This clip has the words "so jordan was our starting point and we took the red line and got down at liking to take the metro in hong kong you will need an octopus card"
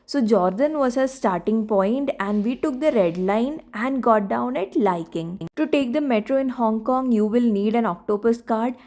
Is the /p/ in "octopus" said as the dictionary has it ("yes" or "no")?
no